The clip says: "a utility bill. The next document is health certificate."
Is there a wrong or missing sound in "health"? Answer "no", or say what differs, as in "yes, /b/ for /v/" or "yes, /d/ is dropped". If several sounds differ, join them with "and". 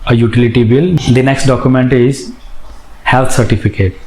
yes, /t/ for /θ/